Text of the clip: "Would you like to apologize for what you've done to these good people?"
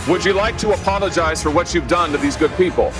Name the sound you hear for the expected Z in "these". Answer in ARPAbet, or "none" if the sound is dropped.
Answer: Z